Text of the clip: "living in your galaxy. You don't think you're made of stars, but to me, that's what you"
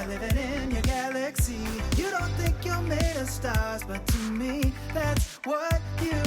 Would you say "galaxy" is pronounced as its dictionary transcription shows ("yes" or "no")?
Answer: yes